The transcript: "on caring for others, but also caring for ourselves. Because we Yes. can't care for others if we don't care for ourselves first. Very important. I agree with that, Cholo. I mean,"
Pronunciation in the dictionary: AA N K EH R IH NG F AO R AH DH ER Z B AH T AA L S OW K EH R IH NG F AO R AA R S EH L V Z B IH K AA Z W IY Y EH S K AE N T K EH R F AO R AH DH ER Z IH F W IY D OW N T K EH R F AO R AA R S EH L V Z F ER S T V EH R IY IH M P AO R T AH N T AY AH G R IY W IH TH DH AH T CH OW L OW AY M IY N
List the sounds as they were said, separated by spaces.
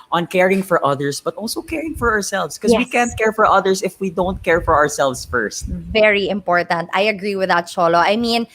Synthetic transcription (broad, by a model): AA N K EH R IH NG F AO R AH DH ER S B AH T AA L S OW K EH R IH NG F AO R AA R S EH L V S K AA W IY K AE N T K EH R F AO R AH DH ER S IH F W IY D OW N T K EH R F AO R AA R S EH L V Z F ER S T V EH R IY IH M P AO R T AH N T AY AH G R IY W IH DH AH T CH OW L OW AY M IY N